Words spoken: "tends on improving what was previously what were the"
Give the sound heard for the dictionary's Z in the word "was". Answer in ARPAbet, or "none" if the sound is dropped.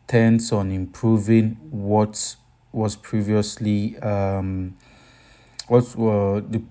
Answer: S